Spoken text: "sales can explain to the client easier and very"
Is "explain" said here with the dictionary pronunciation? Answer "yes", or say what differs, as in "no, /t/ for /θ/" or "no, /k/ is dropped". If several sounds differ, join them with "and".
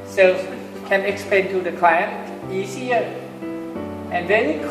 no, /l/ is dropped